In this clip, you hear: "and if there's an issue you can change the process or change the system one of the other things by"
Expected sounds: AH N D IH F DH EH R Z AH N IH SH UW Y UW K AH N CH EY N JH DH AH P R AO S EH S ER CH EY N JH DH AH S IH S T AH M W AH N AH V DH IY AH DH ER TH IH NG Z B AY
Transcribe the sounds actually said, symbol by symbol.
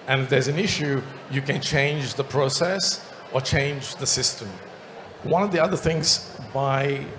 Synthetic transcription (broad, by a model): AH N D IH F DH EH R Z AH N IH SH UW Y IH K AH N CH EY N JH DH AH P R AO S EH S ER CH EY N JH DH AH S IH S T AH M W AH N AH V DH IY AH DH ER TH IH NG Z B AY